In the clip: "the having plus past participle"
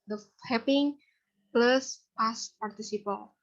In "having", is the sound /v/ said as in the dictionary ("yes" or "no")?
no